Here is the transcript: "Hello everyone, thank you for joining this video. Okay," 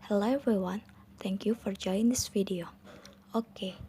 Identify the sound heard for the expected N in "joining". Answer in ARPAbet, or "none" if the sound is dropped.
none